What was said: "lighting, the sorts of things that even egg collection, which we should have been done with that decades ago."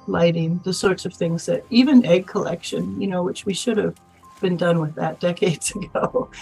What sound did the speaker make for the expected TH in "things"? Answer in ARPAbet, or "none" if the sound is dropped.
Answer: TH